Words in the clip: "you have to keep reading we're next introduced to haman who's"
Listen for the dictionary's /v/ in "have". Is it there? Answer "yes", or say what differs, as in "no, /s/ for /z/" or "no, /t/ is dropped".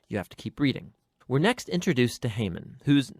no, /f/ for /v/